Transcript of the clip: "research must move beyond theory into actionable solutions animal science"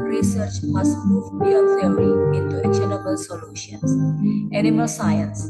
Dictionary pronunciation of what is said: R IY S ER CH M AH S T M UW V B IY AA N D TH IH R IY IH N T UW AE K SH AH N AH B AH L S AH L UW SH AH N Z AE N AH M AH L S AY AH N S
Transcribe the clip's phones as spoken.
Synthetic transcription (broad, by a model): R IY S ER CH M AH S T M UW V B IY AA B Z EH IY IH N T UW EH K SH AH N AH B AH L S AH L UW SH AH N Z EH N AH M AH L S AY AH N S